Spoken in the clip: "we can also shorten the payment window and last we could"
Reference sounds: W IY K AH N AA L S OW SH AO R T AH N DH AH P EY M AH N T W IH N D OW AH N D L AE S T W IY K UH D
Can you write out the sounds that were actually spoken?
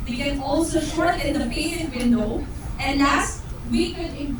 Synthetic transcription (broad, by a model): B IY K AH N AA L S OW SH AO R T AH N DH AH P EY AH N W IH N D OW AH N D L AE S T W IY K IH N